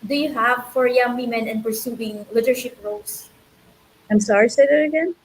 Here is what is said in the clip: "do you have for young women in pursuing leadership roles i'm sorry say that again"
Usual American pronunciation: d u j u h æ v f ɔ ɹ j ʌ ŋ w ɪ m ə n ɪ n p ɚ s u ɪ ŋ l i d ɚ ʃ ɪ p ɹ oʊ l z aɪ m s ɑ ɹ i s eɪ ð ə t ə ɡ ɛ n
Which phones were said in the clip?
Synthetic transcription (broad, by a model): d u j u h æ v f ɔ ɹ j ʌ ŋ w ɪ m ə n ɪ n p ɚ s u ɪ ŋ l i d ɚ ʃ ɪ p ɹ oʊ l s aɪ m s ɑ ɹ i s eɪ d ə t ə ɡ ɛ n